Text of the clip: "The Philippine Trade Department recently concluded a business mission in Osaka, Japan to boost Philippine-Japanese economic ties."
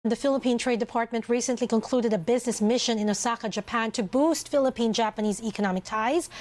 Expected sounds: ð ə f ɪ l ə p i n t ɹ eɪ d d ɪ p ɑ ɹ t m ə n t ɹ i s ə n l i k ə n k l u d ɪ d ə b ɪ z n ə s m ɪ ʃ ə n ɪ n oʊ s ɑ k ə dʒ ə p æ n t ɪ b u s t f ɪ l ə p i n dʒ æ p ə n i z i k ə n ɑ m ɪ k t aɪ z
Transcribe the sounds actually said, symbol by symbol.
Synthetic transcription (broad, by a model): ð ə f ɪ l ə p i n t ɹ eɪ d d ɪ p ɑ ɹ t m ə n t ɹ i s ə n l i k ə n k l u d ɪ d ə b ɪ z n ə s m ɪ ʃ ə n ɪ n oʊ s ɑ k ə dʒ ə p æ n t ɪ b u s t f ɪ l ə p i n dʒ æ p ə n i z i k ə n ɑ m ɪ k t aɪ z